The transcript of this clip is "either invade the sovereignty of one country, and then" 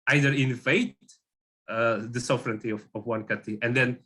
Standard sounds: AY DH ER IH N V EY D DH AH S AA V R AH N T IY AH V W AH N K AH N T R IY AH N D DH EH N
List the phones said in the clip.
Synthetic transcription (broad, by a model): AY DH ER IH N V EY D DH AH S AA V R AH N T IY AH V W AH N K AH T IY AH N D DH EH N